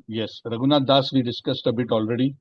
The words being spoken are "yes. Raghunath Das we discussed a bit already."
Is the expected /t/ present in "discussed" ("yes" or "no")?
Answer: yes